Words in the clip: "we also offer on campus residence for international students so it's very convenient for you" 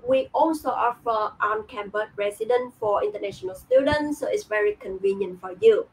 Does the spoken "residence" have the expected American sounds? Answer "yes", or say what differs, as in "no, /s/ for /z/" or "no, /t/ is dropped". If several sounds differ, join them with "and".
no, /s/ is dropped